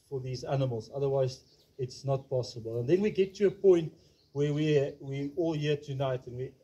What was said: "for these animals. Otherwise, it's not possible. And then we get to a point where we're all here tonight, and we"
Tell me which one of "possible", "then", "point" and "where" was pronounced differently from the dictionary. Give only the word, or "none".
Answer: where